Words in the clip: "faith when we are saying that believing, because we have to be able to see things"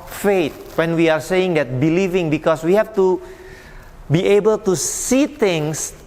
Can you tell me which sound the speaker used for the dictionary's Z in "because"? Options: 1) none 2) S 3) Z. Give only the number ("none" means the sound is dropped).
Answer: 2